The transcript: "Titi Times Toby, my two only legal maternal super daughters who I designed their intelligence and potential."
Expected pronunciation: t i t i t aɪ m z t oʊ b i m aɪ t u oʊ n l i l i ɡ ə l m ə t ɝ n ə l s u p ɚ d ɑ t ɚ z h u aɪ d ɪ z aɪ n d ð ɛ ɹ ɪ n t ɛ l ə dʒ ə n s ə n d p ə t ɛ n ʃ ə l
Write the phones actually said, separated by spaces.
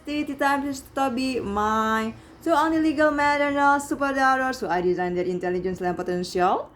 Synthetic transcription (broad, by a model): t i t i t aɪ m s t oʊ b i m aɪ s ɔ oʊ n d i l i ɡ ə l m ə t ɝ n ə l s u p ɚ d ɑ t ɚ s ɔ aɪ d ɪ z aɪ n d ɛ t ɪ n t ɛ l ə dʒ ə n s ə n p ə t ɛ n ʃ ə l